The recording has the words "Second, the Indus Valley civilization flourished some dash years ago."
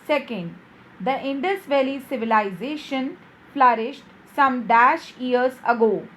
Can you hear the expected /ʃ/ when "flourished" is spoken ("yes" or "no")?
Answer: yes